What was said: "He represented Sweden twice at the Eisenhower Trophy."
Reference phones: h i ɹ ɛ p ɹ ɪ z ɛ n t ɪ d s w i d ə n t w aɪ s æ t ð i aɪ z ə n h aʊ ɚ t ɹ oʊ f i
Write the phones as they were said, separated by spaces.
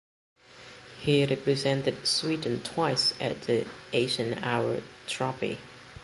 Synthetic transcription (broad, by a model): h i ɹ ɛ p ɹ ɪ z ɛ n t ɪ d s w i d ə n t w aɪ s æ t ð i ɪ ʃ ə n aʊ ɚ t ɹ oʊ p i